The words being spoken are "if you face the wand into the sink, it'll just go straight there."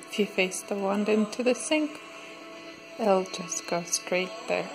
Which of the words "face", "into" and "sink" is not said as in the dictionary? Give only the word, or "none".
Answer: none